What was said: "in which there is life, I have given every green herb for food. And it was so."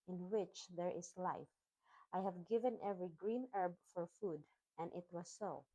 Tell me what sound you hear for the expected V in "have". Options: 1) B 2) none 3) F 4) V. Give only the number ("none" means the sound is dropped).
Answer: 4